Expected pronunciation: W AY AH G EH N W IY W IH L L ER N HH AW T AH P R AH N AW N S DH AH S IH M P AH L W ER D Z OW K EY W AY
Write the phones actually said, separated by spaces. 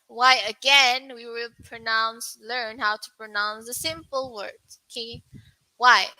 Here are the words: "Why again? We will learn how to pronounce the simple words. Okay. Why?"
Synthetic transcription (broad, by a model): W AY AH G EH N W IY W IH L L ER N HH AW T AH P R AH N AW N S DH AH S IH M P AH L W ER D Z OW K EY W AY